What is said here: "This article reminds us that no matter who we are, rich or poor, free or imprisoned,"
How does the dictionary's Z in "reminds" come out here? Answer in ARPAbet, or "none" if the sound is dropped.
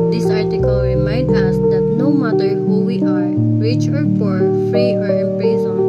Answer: none